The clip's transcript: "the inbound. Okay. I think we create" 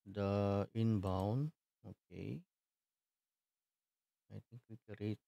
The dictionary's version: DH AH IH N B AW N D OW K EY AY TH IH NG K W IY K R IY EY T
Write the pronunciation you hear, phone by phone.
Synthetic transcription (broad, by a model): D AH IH N B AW N OW K EY AY T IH NG K W IY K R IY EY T